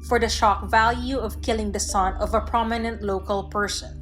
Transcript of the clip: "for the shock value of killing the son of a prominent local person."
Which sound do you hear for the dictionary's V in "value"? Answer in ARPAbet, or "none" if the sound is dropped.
V